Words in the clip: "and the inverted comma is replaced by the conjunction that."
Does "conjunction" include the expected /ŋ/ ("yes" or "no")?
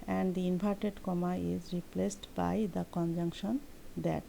yes